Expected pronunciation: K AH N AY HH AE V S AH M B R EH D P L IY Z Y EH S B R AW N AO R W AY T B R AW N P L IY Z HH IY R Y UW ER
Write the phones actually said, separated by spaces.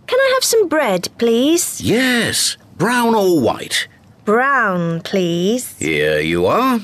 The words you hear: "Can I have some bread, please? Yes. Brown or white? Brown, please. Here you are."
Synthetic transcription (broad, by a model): K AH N AY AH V S AH M B R EH D P L IY Z Y EH S B R AW N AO L W AY T B R AW N P L IY Z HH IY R Y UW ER